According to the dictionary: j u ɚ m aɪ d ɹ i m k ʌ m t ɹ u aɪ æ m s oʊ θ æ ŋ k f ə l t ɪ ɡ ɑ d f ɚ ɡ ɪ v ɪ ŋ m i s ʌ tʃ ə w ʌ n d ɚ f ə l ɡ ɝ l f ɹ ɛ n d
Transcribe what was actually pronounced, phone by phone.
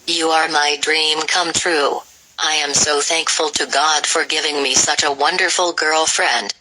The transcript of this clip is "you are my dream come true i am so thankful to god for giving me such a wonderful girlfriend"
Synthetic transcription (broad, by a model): j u ɚ m aɪ d ɹ i m k ʌ m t ɹ u aɪ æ m s oʊ θ æ ŋ k f ə l t ɪ ɡ ɑ d f ɚ ɡ ɪ v ɪ ŋ m i s ʌ tʃ ə w ʌ n d ɚ f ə l ɡ ɝ l f ɹ ɛ n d